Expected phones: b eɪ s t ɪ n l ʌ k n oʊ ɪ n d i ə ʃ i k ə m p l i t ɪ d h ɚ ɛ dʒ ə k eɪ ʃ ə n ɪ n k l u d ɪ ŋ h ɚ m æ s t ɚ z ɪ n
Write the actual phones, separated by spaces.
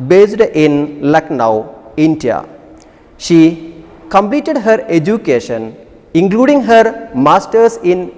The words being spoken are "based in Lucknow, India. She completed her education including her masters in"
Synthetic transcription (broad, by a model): b eɪ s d ɪ n l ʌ k n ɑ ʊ n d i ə ʃ i k ə m p l i t ɪ d h ɚ ɛ dʒ ə k eɪ ʃ ə n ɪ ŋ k l u d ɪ ŋ h ɚ m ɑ s t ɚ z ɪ n